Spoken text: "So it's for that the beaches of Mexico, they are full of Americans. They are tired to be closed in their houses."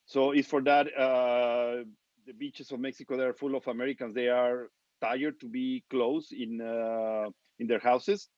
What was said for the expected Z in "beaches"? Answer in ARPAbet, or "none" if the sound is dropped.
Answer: S